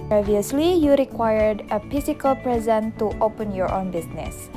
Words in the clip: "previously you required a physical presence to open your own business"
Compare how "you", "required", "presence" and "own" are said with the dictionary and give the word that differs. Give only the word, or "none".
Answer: presence